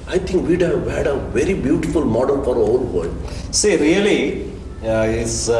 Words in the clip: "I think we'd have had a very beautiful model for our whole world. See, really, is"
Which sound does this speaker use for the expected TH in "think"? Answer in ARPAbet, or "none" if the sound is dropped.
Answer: T